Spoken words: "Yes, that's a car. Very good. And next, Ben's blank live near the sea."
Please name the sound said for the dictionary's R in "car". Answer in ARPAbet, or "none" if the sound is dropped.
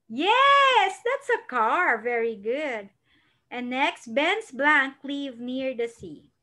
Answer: R